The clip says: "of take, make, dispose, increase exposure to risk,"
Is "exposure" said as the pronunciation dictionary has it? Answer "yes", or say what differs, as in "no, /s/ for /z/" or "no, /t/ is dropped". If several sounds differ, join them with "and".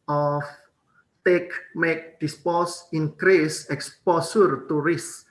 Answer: no, /s/ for /ʒ/